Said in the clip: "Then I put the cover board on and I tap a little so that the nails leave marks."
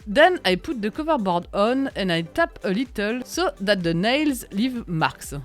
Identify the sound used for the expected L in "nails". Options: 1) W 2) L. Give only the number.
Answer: 2